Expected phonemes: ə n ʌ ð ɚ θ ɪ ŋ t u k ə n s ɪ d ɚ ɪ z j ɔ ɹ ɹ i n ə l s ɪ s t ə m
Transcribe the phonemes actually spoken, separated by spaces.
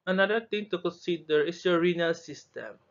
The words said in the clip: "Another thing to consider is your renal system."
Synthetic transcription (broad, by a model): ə n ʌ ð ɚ t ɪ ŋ t u k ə n s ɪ d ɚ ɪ s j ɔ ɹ ɹ i n ə l s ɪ s t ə m